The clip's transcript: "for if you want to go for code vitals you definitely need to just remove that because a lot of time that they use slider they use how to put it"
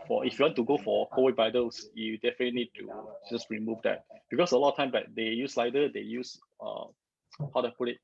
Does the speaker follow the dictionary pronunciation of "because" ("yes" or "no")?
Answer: no